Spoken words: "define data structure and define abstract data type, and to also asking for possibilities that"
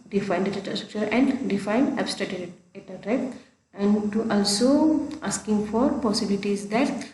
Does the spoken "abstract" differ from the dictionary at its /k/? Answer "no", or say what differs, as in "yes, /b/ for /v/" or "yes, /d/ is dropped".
yes, /k/ is dropped